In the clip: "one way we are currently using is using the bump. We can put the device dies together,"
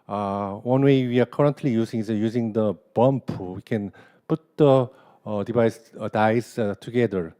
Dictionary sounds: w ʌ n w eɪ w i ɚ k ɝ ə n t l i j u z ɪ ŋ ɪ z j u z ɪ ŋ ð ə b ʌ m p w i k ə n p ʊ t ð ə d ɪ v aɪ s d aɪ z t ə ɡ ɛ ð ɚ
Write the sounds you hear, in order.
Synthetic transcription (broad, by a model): w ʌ n w eɪ w i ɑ k ɝ ə n t l i j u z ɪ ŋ ɪ z j u z ɪ ŋ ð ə b ʌ m p w i k ə n p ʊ t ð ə d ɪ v aɪ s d aɪ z t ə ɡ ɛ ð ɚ